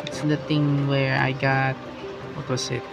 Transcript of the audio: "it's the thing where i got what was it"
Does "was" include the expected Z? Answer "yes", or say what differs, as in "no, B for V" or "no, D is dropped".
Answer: no, S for Z